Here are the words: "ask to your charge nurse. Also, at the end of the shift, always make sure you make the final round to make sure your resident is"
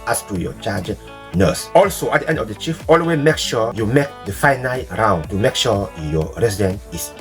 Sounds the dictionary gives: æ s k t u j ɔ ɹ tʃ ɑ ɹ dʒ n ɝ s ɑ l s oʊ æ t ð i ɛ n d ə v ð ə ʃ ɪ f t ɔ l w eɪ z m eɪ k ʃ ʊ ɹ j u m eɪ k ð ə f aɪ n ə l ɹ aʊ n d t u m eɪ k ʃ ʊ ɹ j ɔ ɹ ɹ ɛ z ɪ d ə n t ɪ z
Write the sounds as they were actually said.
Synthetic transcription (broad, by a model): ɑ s t u j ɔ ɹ tʃ ɑ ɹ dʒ n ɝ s ɑ l s oʊ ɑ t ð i ɛ n d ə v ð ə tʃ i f ɔ l w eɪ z m eɪ k ʃ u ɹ j u m eɪ k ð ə f aɪ n ə l ɹ aʊ n d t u m eɪ k ʃ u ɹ j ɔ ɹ ɹ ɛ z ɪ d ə n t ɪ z